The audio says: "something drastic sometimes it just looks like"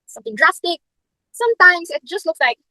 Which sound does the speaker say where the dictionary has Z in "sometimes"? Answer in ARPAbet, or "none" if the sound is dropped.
S